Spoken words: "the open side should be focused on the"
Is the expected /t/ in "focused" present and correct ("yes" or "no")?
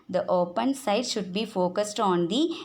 yes